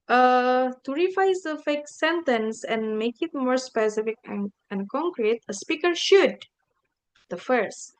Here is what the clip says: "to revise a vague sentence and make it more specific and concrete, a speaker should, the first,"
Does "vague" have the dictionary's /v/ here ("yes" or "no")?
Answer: no